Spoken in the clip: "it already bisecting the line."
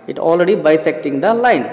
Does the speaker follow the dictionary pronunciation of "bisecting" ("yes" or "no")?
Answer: yes